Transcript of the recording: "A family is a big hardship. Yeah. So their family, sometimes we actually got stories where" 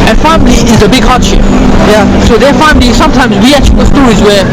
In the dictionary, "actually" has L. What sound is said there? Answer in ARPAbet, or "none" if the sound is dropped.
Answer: none